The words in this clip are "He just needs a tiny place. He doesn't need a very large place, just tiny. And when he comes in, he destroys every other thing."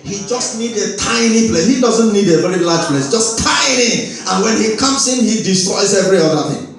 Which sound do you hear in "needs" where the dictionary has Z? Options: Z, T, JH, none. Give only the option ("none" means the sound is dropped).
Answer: none